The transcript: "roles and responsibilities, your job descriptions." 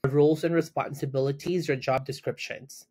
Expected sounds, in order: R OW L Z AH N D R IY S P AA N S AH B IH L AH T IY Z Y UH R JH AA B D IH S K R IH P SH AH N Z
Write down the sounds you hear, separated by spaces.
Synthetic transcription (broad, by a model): R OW L Z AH N R IY S P AA N S AH B IH L AH T IY Z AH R JH AA B D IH S K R IH P SH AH N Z